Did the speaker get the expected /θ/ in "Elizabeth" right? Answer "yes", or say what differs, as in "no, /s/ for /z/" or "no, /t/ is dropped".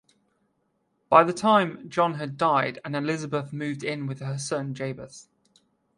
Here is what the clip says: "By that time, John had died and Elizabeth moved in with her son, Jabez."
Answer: yes